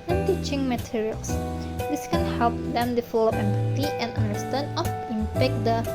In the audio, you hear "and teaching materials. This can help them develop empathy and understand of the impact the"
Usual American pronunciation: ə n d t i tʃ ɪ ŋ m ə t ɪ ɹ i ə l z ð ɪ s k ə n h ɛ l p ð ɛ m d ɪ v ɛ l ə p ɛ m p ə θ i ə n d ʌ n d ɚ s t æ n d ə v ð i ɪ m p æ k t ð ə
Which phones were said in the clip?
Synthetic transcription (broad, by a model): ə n t i tʃ ɪ ŋ m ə t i ɹ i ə l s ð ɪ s k ə n h ɛ l p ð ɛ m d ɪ f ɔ l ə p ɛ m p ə t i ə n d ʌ n d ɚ s t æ n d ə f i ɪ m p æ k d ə